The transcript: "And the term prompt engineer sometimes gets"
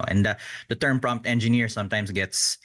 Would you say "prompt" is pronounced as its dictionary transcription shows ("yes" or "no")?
yes